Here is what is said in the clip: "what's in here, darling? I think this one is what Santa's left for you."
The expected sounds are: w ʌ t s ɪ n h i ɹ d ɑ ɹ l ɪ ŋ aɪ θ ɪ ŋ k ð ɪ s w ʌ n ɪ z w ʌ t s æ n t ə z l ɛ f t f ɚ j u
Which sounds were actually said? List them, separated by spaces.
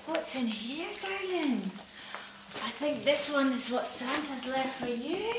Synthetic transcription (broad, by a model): w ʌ t s ɪ n h i ɹ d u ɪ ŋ aɪ θ ɪ ŋ k ð ɪ s w ʌ n ɪ z w ʌ t s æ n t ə z l ɛ f t f ɚ j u